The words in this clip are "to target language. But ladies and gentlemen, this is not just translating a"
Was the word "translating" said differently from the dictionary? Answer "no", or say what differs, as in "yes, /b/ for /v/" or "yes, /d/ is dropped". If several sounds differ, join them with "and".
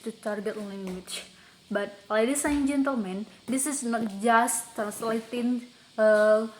yes, /ɹ/ is dropped